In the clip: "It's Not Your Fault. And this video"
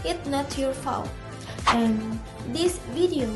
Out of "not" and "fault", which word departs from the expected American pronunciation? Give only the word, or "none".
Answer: fault